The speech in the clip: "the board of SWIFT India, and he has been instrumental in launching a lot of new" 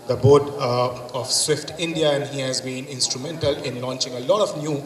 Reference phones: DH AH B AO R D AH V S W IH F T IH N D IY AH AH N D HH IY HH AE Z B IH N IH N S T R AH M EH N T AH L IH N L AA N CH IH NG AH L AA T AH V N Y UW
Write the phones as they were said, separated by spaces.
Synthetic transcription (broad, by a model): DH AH B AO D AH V S W IH F T IH N D IY AH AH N HH IY HH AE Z B IH N IH N S T R AH M EH N T AH L IH N L AA N CH IH NG AH L AA T AH V N Y UW